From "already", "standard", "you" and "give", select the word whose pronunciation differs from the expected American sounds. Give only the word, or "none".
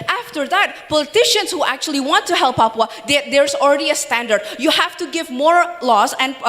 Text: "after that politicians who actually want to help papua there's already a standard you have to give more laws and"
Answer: none